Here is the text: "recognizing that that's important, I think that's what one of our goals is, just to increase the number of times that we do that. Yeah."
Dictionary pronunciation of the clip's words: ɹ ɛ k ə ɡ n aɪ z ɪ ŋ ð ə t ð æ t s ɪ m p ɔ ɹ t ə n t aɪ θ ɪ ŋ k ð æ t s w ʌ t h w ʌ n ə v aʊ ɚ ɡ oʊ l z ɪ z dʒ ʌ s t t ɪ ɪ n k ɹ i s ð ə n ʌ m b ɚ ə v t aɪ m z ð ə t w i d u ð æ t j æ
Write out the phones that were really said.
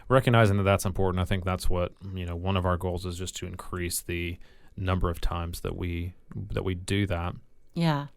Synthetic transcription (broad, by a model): ɹ ɛ k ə ɡ n aɪ z ɪ ŋ ð ə t ð æ t s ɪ m p ɔ ɹ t n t aɪ θ ɪ ŋ k ð æ t s w ʌ t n w ʌ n ə v aʊ ɚ ɡ oʊ l z ɪ z dʒ ʌ s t t ɪ ɪ n k ɹ i s ð ə n ʌ m b ɚ ə v t aɪ m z ð ə t w i d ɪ ð æ t j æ